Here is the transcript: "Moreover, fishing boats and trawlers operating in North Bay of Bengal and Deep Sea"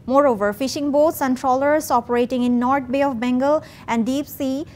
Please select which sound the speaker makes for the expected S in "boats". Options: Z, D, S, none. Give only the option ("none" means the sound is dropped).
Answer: S